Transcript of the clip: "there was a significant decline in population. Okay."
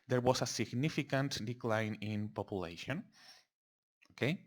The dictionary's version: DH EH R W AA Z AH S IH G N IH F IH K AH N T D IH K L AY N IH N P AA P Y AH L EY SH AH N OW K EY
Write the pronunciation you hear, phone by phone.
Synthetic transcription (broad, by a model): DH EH R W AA S AH S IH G N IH F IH K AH N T D IH K L AY N IH N P AA P Y AH L EY SH AH N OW K EY